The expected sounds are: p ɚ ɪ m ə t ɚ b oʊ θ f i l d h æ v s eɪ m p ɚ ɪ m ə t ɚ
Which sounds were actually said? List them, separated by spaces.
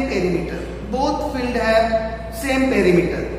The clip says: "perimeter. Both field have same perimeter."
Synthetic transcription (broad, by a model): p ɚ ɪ m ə t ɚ b oʊ t f i l d h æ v s eɪ m p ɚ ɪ m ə t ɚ